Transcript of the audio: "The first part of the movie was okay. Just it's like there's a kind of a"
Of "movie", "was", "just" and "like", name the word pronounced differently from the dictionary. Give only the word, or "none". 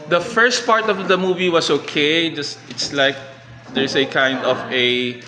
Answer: was